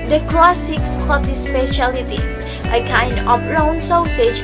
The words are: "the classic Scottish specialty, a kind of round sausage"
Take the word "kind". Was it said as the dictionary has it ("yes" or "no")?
yes